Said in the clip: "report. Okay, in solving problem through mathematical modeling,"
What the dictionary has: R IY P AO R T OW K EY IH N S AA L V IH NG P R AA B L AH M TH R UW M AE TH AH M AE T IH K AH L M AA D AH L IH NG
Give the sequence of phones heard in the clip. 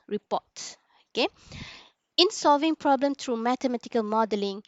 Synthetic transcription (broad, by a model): R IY P AO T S OW K EY IH N S AA L V IH NG P R AA B L AH M T R UW M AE T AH M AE T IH K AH L M AA D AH L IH NG